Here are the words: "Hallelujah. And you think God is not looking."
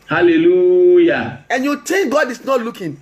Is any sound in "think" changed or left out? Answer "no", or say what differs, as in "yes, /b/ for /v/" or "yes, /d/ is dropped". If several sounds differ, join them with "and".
yes, /t/ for /θ/